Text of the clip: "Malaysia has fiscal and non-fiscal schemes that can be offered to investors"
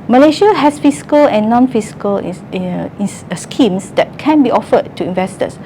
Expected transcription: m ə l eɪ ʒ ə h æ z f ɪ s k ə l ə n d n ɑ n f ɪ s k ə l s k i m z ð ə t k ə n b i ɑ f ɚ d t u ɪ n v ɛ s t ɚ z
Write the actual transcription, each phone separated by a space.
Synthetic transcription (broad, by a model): m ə l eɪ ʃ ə h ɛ s f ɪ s k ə l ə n n ɑ n f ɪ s k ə l s k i m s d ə t k ə n b i ɑ f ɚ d t u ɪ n v ɛ s t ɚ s